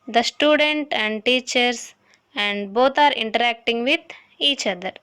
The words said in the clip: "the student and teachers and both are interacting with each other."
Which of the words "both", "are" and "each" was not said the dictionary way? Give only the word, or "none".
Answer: both